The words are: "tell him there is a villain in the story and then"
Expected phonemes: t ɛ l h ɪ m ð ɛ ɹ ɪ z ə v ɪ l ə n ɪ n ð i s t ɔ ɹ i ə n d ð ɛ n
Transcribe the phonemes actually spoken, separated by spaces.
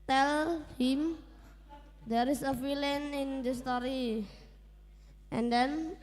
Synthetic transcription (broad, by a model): t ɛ l h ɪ m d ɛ ɹ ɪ s ə f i l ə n ɪ n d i s t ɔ ɹ i ə n d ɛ n